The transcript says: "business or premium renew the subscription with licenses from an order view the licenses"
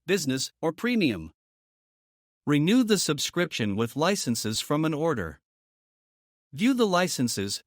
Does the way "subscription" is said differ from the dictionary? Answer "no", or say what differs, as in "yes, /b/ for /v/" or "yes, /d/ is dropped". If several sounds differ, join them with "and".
no